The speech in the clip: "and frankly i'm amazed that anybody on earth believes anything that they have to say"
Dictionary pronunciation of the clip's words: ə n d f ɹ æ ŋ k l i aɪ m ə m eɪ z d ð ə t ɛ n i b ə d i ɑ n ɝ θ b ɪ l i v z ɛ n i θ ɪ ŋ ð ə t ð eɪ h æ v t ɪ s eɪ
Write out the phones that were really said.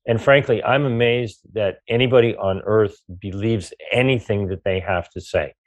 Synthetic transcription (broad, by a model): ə n f ɹ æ ŋ k l i aɪ m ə m eɪ z ð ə t ɛ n i b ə d i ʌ n ɝ θ b ɪ l i v z ɛ n i θ ɪ ŋ ð ə t ð eɪ h æ f t ɪ s eɪ